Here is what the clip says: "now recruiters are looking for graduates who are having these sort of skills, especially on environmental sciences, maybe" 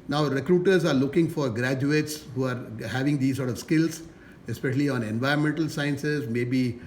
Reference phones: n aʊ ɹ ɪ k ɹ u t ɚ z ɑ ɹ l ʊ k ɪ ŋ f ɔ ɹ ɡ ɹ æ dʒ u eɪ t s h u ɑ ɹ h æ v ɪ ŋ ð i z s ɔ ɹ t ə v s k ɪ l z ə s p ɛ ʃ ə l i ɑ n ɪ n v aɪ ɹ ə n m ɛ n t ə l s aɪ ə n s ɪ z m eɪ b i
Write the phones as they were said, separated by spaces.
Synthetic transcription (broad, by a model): n aʊ ɹ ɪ k ɹ u t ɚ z ɑ ɹ l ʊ k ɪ ŋ f ɔ ɹ ɡ ɹ æ dʒ u eɪ t s h u ɑ ɹ h æ v ɪ ŋ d i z s ɔ ɹ t ə v s k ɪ l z ə s p ɛ ʃ ə l i ɑ n ɪ n v aɪ ɹ ə n m ɛ n t ə l s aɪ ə n s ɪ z m eɪ b i